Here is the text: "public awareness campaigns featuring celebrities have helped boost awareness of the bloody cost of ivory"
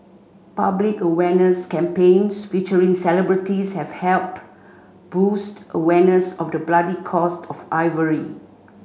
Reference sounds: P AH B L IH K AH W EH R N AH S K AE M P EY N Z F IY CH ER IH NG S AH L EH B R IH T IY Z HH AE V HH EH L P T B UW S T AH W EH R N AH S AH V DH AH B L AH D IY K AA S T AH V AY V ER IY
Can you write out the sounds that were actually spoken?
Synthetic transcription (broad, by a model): P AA B L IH K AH W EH N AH S K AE M P EY N S F IY CH ER IH NG S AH L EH B R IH T IY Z HH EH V HH EH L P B UW S T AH W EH N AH S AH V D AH B L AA D IY K AA S T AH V AY V ER IY